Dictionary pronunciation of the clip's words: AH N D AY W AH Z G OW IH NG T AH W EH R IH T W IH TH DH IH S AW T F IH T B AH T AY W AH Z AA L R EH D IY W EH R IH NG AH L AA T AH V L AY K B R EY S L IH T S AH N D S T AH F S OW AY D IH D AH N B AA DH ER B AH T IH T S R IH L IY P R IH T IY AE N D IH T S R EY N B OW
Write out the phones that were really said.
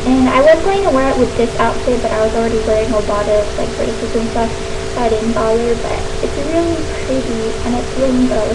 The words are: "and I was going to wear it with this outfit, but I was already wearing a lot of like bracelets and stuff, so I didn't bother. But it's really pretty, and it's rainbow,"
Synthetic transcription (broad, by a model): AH N AY W AH Z G OW IH NG T AH W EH R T W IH DH IH S AW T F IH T B AH T AY W AH Z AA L R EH D IY W EH R IH NG AH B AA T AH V L AY K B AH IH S IH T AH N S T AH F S AY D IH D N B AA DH ER B AH T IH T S R IH L IY P R IH T IY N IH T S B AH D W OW